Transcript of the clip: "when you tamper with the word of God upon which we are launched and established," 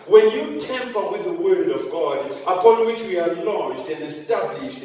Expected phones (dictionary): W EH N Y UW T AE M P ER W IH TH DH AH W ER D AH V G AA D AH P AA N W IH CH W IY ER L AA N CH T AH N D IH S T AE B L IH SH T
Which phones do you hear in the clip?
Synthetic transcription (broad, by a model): W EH N Y UW T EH M P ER W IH DH AH W ER D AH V G AA D AH P AA N W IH CH W IY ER L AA N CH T AH N D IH S T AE B L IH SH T